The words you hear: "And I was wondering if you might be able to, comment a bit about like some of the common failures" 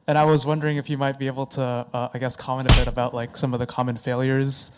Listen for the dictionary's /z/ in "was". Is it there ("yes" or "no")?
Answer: yes